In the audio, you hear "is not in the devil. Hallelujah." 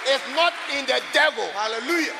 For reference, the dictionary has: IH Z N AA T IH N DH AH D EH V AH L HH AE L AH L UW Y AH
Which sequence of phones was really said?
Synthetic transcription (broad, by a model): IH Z N AA T IH N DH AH D EH V AH L HH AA L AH L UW Y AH